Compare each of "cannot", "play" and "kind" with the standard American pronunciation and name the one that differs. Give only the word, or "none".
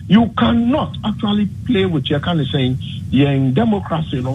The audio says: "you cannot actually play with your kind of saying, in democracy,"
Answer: kind